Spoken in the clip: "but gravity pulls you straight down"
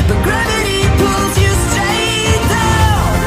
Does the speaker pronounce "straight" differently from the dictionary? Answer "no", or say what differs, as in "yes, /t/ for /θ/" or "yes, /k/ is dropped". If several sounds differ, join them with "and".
yes, /ɹ/ is dropped